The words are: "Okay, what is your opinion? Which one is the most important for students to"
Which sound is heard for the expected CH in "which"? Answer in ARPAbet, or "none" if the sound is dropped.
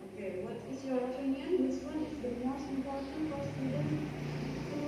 S